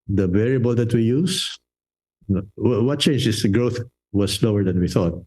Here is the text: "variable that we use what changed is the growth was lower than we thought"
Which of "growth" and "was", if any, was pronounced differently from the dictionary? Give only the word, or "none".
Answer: was